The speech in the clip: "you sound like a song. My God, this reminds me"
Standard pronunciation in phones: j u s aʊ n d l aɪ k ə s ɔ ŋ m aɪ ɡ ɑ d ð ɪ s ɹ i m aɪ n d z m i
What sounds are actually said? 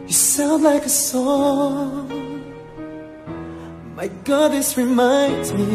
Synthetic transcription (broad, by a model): j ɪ s aʊ n d l aɪ k ə s ɔ ŋ m aɪ ɡ ɑ d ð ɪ s ɹ i m aɪ n d z m i